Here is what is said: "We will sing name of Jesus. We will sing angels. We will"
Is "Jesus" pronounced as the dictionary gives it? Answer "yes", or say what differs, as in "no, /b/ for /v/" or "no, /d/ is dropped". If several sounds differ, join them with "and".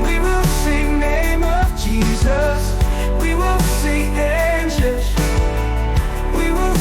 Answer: yes